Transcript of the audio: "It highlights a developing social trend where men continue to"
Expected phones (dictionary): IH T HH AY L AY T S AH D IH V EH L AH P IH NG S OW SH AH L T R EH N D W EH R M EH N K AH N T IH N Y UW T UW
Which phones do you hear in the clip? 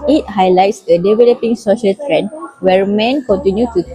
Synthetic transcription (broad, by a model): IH T HH AY L AY T S AH D IH V EH L AH P IH NG S OW SH AH L T R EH N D W EH R M EH N K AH N T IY N Y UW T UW